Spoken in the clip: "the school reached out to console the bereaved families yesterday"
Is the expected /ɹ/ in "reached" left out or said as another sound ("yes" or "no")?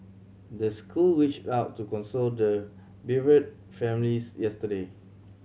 yes